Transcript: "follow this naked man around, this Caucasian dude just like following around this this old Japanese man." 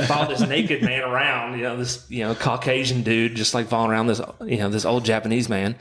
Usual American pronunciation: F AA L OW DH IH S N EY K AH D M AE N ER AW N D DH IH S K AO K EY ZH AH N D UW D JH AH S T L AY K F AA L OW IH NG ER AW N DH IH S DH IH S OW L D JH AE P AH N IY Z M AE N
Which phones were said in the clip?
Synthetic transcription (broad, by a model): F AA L DH IH S N EY K AH D M AE N ER AW N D DH IH S K AO K EY ZH AH N D UW D JH AH S T L AY K F AA L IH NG ER AW N DH IH S DH IH S OW L D JH AE P AH N IY Z M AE N